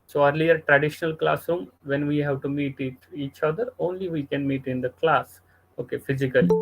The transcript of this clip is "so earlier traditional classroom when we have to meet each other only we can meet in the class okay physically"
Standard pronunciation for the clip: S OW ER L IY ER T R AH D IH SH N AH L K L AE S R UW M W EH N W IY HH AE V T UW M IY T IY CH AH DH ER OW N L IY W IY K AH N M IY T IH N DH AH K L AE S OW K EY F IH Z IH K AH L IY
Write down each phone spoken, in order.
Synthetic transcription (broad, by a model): S OW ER L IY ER T R AH D IH SH N AH L K L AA S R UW M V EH N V IY HH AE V T UW M IY T IY CH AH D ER OW N L IY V IY K AH N M IY T IH N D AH K L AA S OW K EY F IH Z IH K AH L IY